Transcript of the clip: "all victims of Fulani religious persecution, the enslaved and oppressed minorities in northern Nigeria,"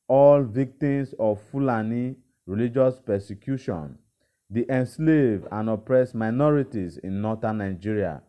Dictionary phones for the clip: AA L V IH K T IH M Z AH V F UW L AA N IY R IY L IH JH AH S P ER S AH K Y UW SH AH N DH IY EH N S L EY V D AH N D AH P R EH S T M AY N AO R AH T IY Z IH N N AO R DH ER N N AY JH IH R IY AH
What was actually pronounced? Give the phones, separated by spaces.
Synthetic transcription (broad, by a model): AA L V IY K T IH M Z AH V F UW L AA N IY R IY L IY JH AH S P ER S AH K Y UW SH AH N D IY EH N S L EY V AH N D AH P R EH S M AY N AO R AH T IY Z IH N N AO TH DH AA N N AY JH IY R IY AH